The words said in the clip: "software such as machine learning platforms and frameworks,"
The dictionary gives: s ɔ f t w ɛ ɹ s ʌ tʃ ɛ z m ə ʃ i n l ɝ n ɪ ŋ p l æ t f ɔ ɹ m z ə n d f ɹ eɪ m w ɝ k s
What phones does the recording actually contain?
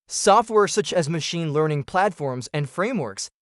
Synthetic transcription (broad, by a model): s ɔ f t w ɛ ɹ s ʌ tʃ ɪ z m ə ʃ i n l ɝ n ɪ ŋ p l æ t f ɔ ɹ m z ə n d f ɹ eɪ m w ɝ k s